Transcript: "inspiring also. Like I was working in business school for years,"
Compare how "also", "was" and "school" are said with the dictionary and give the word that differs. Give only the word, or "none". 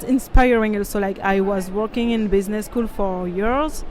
none